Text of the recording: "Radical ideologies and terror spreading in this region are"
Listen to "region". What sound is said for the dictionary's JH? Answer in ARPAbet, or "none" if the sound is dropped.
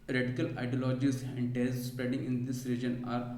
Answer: JH